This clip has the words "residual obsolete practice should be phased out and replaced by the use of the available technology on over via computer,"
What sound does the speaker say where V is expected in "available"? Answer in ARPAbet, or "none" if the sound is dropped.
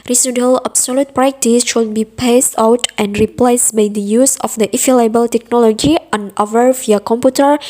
F